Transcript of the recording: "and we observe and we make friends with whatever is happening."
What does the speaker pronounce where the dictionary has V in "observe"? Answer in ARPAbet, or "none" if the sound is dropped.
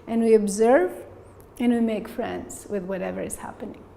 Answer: V